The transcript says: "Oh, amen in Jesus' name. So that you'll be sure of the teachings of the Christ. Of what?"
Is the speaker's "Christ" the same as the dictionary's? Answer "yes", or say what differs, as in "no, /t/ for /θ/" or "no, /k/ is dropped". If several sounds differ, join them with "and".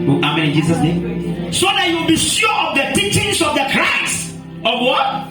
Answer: no, /t/ is dropped